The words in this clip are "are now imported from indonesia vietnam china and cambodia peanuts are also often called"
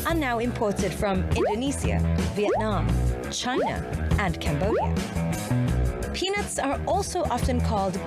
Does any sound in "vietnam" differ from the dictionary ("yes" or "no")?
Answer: no